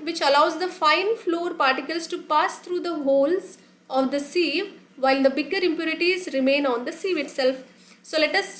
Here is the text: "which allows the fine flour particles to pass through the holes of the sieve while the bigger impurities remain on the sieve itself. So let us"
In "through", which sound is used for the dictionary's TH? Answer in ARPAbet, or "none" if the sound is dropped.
T